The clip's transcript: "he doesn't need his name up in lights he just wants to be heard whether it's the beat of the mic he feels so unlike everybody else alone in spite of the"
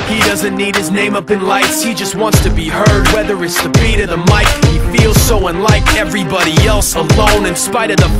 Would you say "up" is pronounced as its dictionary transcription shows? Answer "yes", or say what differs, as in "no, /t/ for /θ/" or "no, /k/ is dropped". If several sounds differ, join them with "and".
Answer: yes